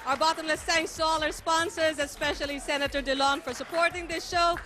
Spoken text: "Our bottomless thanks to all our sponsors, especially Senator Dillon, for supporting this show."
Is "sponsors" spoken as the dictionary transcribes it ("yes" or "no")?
yes